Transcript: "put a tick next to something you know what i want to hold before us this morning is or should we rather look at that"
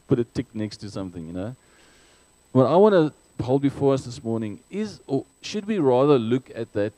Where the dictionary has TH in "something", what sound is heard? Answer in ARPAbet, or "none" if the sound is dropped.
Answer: TH